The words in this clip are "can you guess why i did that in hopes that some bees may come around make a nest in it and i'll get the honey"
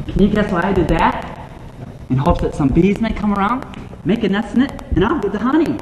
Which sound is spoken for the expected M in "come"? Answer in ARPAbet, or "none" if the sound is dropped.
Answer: M